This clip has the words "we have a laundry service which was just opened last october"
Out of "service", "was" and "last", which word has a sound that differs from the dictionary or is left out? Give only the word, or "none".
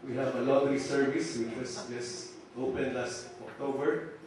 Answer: was